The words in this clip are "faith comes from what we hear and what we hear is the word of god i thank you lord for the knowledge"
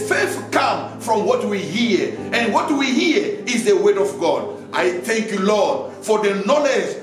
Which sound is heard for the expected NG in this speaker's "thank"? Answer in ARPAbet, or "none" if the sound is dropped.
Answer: NG